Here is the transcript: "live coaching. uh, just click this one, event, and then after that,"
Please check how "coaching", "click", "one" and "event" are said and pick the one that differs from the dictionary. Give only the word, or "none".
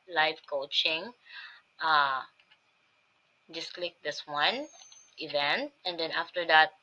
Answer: none